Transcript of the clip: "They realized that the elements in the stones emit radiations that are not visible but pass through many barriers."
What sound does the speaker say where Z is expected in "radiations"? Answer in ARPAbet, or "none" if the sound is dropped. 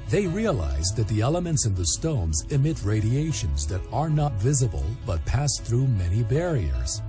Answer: Z